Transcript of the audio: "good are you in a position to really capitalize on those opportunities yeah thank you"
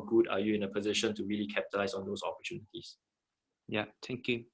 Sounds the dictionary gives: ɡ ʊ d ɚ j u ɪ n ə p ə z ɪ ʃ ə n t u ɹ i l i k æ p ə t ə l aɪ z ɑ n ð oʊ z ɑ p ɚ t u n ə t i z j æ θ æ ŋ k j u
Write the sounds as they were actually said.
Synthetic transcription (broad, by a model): ɡ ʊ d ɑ j u ɪ n ə p ə z ɪ ʃ ə n t u ɹ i l i k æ p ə t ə l aɪ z ɑ n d oʊ s ɑ p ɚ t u n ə t i s j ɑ t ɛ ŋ k j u